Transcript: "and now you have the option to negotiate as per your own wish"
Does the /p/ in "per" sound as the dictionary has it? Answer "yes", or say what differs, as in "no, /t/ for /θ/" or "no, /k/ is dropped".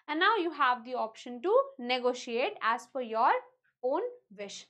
no, /f/ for /p/